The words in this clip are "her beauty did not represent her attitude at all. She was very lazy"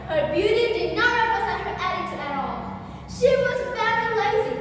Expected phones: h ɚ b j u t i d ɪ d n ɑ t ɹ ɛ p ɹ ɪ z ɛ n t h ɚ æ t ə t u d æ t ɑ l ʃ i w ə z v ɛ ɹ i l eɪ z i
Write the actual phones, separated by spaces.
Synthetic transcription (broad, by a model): h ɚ b j u t i d ɪ d n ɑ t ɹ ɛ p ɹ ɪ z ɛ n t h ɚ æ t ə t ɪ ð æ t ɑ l ʃ i w ə z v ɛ i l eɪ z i